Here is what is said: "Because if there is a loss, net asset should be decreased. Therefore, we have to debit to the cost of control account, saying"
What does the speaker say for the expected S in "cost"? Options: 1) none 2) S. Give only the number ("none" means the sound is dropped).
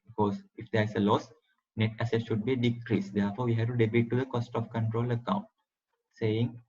2